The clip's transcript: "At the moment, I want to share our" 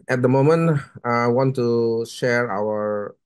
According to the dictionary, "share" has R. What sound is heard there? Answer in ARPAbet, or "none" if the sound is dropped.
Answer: R